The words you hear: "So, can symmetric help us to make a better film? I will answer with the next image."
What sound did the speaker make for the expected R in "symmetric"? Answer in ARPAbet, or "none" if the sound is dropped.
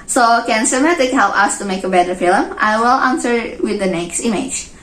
none